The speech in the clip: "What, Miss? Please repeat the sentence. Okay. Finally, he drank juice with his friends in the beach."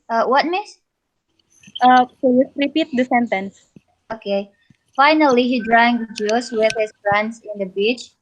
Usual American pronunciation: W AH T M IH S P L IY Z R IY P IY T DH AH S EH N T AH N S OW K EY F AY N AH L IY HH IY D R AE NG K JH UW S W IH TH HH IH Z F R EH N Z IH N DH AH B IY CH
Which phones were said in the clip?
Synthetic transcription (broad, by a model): W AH T M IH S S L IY S R IY P IY T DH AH S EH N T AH N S OW K EY F AY N AH L IY HH IY D R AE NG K JH UW S W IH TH HH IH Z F R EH N S IH N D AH B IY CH